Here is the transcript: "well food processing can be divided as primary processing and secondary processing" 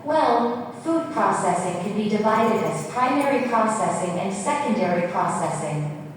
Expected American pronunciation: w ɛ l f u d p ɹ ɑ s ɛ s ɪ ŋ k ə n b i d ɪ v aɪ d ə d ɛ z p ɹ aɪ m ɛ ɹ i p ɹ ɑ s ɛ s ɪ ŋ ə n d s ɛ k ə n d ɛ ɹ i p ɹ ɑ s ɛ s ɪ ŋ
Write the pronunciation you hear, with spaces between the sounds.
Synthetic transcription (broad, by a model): w ɛ l f u d p ɹ ɑ s ɛ s ɪ ŋ k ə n b i d ɪ v aɪ d ə d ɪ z p ɹ aɪ m ɛ ɹ i p ɹ ɑ s ɛ s ɪ ŋ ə n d s ɛ k ə n d ɛ ɹ i p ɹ ɑ s ɛ s ɪ ŋ